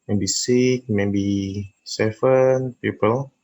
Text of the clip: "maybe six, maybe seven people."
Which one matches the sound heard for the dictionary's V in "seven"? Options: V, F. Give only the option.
F